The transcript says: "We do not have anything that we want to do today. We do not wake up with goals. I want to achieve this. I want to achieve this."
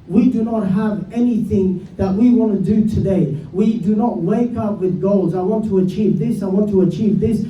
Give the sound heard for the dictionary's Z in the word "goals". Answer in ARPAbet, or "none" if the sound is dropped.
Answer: Z